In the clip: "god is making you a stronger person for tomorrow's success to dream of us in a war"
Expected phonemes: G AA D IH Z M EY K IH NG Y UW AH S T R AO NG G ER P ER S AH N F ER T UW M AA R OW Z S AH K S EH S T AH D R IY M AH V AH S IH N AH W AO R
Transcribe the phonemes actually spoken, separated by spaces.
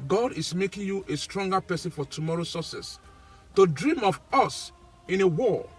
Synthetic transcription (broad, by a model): G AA D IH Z M EY K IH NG Y UW AH S T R AO NG G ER P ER S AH N F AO T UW M AA R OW S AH S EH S T AH D R IY M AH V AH S IH N AH W AO